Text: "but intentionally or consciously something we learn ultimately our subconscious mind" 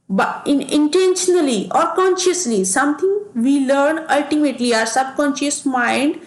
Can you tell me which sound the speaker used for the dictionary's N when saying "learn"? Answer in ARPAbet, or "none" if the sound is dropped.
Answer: N